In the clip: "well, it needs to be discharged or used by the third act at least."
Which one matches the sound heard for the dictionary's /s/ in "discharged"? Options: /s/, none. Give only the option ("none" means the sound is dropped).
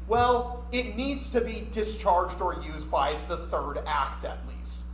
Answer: /s/